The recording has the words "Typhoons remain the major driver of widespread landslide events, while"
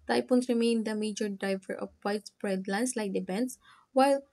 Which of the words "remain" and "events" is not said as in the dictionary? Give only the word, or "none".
events